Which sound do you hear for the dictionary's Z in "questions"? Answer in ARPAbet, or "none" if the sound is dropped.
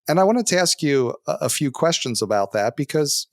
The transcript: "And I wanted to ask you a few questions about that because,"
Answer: Z